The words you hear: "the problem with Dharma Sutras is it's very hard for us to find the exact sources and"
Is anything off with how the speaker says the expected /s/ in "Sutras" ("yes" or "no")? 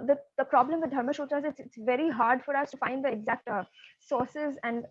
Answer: yes